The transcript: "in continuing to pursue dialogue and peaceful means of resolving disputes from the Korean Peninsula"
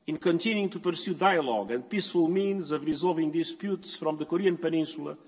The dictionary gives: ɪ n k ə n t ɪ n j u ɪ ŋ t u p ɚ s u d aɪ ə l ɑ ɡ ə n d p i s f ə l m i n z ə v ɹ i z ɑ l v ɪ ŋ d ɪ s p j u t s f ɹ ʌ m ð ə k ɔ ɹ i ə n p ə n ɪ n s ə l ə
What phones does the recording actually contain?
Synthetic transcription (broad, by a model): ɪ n k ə n t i n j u ŋ t u p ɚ s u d aɪ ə l ɑ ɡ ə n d p i s f ə l m i n z ə v ɹ i z ɑ l v ɪ ŋ d ɪ s p j u t s f ɹ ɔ m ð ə k ɔ ɹ i ə n p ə n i n s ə l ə